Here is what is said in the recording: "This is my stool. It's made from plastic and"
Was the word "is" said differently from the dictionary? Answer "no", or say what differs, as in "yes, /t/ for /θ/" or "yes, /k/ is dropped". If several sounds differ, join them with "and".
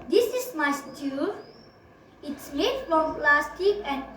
yes, /s/ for /z/